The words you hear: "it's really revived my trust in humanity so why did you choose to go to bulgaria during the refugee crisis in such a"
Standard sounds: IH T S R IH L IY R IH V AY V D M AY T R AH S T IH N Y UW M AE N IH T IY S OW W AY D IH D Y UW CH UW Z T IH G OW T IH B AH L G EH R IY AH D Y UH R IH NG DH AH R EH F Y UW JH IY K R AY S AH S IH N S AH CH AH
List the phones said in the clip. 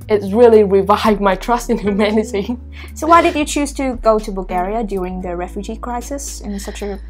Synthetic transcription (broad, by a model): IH T S R IH L IY R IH V AY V M AY T R AH S T IH N Y UW M AE N IH T IY S OW W AY D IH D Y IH CH UW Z T IH G OW T IH B AH L G EH R IY AH D Y UH R IH NG DH AH R EH F Y UW JH IY K R AY S AH S IH N S AH CH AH